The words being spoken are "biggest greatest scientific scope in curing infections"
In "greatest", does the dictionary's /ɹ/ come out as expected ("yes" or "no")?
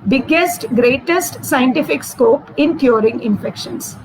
yes